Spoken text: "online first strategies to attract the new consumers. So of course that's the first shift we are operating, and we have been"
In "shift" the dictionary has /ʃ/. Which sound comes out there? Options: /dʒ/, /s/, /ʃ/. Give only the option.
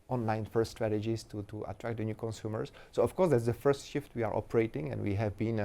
/ʃ/